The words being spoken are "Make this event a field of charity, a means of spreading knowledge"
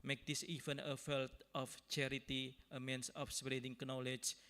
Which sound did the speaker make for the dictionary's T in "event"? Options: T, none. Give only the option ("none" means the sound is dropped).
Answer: none